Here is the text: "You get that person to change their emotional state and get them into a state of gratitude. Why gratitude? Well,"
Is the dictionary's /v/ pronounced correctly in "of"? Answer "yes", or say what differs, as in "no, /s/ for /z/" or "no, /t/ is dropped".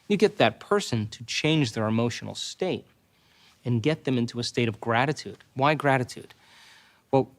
yes